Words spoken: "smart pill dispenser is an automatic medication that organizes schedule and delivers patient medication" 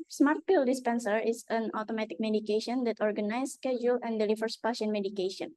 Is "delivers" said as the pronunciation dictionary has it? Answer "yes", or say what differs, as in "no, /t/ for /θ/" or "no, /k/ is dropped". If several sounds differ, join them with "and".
no, /s/ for /z/